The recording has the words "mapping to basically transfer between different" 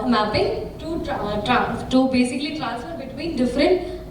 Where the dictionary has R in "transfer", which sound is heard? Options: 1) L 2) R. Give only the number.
1